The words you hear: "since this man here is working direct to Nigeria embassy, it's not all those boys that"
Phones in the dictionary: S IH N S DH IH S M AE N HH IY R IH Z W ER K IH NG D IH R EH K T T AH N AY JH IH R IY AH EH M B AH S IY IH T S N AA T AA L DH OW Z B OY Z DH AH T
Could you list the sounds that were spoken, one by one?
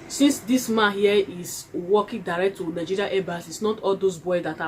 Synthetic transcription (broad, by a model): S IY N S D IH S M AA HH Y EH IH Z W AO K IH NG D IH R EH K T T AH N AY JH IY R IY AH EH B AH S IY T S N AA T AA L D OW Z B OY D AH T